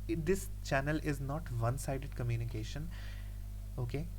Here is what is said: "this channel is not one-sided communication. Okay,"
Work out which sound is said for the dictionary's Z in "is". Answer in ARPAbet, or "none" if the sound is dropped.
Z